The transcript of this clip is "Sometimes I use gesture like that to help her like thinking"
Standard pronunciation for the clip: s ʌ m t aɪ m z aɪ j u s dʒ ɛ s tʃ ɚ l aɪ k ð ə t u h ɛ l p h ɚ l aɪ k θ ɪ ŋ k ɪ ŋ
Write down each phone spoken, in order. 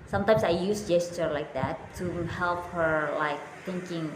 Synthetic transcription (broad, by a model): s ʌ m t aɪ m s aɪ j u s dʒ ɛ s tʃ ɚ l aɪ k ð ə t u h ɛ l p h ɚ l aɪ k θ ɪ ŋ k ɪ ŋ